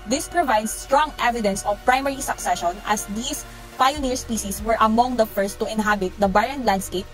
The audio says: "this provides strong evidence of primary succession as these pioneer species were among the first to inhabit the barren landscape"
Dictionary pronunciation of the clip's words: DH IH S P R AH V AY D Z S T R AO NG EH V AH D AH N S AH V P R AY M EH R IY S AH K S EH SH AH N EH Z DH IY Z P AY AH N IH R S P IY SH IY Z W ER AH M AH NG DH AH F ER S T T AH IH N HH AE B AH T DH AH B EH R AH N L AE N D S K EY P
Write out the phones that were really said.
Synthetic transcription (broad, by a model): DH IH S P R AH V AY D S T R AO NG EH V AH D AH N S AH V P R AY M EH R IY S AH K S EH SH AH N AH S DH IY S P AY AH N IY R S P IY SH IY S W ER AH M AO NG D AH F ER S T T AH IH N HH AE B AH T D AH B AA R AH N L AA N D S K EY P